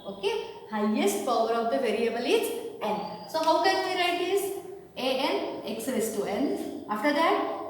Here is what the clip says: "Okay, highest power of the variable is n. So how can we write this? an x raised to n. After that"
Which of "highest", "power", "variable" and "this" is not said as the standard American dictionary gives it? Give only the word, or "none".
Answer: this